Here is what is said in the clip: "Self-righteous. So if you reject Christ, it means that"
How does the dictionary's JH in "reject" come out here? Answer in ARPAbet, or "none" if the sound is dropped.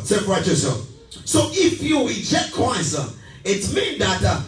CH